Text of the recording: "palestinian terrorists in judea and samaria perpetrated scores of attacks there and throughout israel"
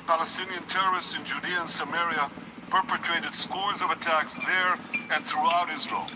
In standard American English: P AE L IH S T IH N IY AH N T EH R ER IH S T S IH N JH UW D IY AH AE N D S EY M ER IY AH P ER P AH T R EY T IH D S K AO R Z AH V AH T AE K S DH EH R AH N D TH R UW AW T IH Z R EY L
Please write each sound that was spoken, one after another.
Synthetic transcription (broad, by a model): P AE L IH S T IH N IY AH N T EH R ER IH S T S IH N JH UW D IY AH N S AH M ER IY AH P ER P AH T R EY T IH D S K AO R Z AH V AH T AE K S DH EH R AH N TH R UW AW T IH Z R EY L